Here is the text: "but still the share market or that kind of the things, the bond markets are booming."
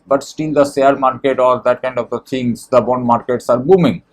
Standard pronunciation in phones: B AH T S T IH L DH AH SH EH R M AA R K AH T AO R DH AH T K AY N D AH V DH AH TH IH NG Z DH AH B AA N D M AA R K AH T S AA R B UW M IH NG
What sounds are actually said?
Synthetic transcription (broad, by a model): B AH T S T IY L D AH S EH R M AA R K AH T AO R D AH T K AY N D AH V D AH T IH NG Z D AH B AA N D M AA R K AH T S AA R B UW M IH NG